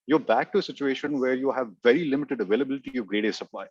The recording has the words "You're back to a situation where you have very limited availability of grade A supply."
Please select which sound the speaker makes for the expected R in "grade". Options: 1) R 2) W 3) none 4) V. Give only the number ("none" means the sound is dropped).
1